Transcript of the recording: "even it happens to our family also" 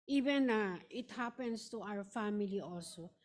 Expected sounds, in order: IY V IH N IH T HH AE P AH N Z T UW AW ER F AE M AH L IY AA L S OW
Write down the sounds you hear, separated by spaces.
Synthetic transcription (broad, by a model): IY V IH N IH T HH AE P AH N S T UW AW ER F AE M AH L IY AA L S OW